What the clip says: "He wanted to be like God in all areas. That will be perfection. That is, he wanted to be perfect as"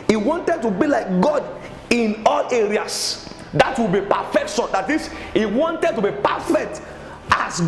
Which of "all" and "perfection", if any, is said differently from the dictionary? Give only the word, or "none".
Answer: perfection